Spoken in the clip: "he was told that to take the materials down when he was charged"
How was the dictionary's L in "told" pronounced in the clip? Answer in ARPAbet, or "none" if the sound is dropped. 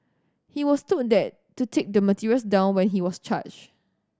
none